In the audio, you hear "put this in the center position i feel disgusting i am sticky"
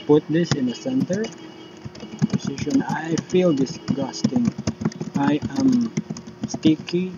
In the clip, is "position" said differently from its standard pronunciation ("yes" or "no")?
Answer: yes